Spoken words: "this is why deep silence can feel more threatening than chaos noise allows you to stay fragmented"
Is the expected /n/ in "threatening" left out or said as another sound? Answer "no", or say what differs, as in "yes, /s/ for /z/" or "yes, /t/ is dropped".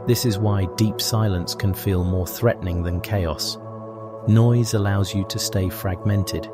no